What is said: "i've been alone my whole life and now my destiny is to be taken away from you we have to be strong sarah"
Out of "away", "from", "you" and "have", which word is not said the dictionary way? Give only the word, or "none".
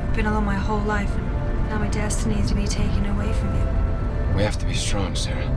have